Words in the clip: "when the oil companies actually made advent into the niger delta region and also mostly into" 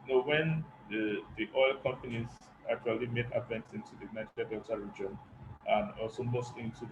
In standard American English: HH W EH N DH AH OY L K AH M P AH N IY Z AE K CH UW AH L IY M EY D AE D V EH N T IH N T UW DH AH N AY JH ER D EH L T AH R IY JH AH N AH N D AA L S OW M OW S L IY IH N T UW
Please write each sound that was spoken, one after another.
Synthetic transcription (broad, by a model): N W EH N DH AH OY L K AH M P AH N IY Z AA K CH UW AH L IY M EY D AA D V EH N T IH N T UW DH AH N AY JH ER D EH T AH R IY JH AH N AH N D AA L S OW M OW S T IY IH N T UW